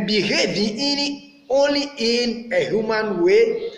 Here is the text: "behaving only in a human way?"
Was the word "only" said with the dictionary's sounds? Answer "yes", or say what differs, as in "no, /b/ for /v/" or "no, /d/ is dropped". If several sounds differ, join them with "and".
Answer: yes